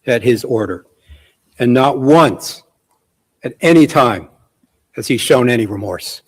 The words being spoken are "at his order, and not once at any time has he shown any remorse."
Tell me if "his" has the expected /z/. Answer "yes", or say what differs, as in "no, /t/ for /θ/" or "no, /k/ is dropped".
yes